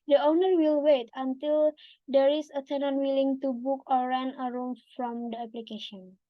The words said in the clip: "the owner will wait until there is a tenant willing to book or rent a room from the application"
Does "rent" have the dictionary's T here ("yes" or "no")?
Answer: no